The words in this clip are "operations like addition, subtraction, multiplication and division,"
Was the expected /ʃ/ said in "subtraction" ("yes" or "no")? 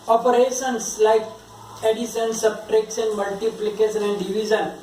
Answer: no